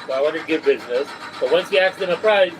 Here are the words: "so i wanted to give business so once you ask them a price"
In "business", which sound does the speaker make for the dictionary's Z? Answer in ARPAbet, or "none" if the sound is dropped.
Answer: Z